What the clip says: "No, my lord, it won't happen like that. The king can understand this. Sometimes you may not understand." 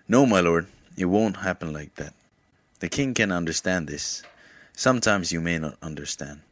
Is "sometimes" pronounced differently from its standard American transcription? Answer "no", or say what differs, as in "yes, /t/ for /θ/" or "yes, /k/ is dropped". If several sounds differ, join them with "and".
no